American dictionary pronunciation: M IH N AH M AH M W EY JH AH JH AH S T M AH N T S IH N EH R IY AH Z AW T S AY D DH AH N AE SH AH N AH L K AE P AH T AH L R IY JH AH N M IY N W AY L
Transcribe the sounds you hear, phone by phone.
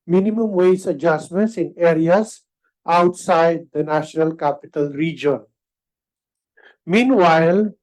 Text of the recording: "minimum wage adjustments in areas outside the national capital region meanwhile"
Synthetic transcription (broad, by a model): M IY N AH M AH M W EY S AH JH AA S M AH N T S IH N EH R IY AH S AW T S AY D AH N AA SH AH N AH L K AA P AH T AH L R IY JH AH N M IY N W AY L